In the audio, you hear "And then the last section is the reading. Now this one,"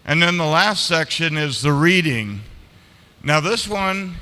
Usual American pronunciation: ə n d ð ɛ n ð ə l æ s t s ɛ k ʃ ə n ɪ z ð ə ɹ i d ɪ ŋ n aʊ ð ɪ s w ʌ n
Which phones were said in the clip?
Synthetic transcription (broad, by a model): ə n ð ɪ n ð ə l æ s t s ɛ k ʃ ə n ɪ z ð ə ɹ i d ɪ ŋ n aʊ ð ɪ s w ʌ n